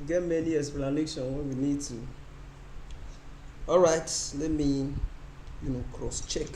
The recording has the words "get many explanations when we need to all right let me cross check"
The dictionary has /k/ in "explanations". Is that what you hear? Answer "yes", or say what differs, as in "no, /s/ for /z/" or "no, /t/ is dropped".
no, /k/ is dropped